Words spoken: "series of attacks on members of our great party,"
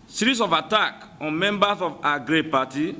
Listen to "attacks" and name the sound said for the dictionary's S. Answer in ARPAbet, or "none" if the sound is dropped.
none